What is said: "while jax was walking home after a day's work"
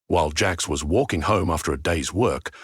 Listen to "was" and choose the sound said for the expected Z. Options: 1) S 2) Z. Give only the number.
2